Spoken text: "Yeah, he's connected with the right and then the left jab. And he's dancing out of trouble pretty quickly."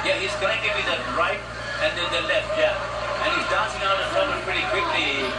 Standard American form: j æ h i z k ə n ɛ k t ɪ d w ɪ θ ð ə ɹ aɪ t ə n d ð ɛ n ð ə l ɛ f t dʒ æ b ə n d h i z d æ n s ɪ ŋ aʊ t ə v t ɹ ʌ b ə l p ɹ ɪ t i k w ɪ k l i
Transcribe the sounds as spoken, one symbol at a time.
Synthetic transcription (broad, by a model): j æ h i z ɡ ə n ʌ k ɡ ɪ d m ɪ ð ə ɹ aɪ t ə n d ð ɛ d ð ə l ɛ f t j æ ə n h i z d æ n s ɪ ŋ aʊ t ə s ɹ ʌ ə p ɹ ɪ t i k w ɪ k l i